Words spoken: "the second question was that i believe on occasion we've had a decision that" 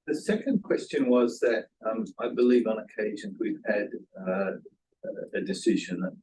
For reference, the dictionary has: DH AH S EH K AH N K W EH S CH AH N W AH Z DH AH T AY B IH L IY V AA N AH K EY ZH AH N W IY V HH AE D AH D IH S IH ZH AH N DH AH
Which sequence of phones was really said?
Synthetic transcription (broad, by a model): DH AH S EH K AH N K W EH S CH AH N W AH Z DH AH T AY B IH L IY V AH N AH K EY ZH AH N W IY V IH D AH D IH S IH ZH AH N